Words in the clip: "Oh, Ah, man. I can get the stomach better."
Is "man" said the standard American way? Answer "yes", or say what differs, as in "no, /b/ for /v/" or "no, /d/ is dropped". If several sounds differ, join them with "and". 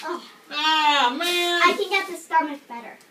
no, /n/ is dropped